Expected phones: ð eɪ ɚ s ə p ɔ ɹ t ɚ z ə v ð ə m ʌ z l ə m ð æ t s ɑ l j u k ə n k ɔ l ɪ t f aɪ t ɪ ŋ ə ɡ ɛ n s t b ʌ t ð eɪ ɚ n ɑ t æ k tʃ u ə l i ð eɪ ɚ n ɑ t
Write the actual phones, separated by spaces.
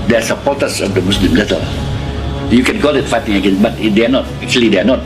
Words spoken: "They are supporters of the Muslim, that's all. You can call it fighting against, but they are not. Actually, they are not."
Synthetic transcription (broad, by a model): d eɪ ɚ s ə p ɔ t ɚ s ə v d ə m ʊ s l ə m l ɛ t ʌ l j u k ə n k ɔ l ɪ t f aɪ t ɪ ŋ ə ɡ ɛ n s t b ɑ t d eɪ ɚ n ɑ t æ k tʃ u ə l i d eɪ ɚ n ɑ t